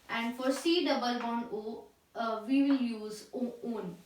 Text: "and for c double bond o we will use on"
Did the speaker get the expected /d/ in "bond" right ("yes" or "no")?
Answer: no